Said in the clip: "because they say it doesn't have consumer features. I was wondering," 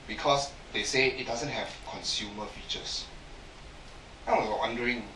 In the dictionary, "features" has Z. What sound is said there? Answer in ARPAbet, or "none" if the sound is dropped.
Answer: S